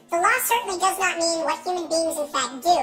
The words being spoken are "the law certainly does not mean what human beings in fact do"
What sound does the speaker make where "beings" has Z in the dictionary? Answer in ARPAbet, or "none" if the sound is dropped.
Z